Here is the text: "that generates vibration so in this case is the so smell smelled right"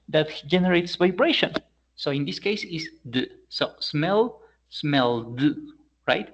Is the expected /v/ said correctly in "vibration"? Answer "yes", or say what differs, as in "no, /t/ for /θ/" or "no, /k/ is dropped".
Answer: yes